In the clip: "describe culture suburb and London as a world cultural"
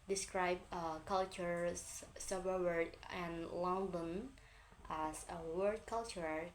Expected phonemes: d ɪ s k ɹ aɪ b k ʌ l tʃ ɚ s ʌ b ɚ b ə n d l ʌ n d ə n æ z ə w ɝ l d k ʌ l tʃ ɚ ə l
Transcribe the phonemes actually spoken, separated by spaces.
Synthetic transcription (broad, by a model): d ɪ s k ɹ aɪ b k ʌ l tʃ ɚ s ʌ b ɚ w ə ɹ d l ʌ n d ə n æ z ə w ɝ d k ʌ l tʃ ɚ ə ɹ